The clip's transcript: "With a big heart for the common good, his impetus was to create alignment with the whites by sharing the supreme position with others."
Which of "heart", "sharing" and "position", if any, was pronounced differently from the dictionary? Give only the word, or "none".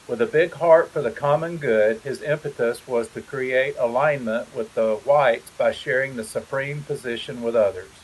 none